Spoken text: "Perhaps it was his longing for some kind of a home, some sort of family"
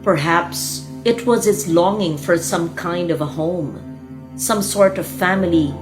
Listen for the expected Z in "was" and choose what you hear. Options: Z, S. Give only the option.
Z